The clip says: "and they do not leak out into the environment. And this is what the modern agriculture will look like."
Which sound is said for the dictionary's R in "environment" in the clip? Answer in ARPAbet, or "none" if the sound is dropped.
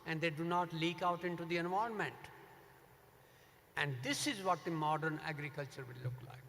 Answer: none